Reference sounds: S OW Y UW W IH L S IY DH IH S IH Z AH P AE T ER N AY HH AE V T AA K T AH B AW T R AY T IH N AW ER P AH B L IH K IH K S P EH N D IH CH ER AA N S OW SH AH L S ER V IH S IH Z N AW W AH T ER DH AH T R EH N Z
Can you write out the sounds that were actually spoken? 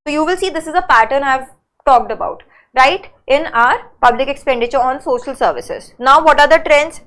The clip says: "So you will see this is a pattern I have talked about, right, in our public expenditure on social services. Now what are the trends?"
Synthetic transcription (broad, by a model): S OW Y UW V IH L S IY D IH S IH Z AH P AE T ER N AY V T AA K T AH B AW T R AY T IH N AW ER P AH B L IH K IH K S P EH N D IH CH ER AA N S OW SH AH L S ER V IH S IH Z N AW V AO T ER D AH T R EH N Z